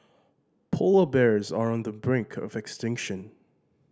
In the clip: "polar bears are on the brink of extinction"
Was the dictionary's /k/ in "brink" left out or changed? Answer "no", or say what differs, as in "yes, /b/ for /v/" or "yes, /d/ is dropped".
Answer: no